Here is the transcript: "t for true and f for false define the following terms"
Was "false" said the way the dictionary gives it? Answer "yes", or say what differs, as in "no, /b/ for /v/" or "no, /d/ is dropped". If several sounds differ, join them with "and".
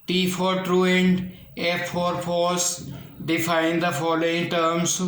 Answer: no, /l/ is dropped